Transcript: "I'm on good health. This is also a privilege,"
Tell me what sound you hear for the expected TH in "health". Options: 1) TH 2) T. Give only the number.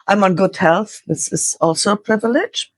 1